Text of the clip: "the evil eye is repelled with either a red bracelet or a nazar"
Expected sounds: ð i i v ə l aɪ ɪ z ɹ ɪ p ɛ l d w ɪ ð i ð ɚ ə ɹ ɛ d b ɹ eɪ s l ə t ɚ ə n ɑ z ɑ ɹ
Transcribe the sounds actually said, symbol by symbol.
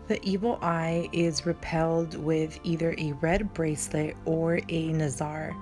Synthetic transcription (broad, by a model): ð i i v l aɪ ɪ z ɹ ɪ p ɛ l d w ɪ ð i ð ɚ ə ɹ ɛ d b ɹ eɪ s l ə t ɚ ə n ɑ z ɑ ɹ